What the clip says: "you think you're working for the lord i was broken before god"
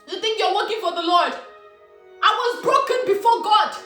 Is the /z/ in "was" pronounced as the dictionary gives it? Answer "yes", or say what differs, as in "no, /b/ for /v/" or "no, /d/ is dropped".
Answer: yes